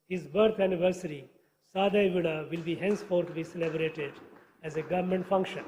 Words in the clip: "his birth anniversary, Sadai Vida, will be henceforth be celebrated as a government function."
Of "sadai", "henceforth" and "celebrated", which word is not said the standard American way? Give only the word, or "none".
henceforth